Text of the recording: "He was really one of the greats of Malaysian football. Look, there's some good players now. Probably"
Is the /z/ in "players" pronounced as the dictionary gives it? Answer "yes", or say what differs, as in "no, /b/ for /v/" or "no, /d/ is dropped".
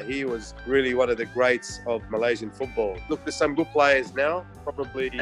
yes